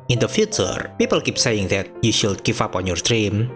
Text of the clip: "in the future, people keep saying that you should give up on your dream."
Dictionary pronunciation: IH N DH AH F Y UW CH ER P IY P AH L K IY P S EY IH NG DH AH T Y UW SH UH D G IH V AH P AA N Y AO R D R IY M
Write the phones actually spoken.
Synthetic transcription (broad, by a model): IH N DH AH F Y UW CH ER P IY P AH L K IY P S EY IH NG DH AH T Y UW SH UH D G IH F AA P AA N Y AO R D R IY M